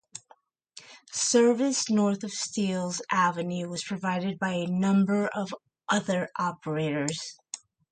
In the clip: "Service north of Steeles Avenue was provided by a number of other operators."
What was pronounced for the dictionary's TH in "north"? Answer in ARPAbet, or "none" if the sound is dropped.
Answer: TH